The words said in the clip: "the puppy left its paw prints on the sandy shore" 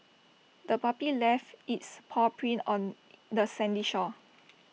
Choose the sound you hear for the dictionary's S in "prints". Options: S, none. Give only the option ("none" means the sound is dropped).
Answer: none